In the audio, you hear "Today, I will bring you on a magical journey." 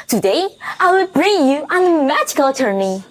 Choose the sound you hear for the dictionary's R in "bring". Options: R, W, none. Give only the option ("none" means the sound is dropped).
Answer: R